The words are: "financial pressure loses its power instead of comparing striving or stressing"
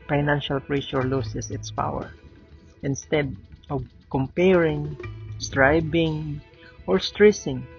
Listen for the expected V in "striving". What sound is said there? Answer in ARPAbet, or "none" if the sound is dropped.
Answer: B